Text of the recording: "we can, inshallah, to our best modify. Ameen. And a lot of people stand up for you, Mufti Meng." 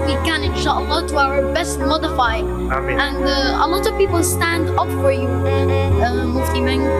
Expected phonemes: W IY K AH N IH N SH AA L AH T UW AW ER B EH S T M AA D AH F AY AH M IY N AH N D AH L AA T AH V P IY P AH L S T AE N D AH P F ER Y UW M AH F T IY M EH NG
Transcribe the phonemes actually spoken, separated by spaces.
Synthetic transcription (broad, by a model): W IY K AH N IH N SH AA L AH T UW AW ER B EH S T M AA D AH F AY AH AH N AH AH L AA T AH V P IY P AH L S T AE N D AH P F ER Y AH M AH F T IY M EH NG